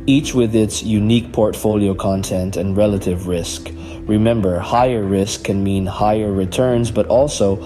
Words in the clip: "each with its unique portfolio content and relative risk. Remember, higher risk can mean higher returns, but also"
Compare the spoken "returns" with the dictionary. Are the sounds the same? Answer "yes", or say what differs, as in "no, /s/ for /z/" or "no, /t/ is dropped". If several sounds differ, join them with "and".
yes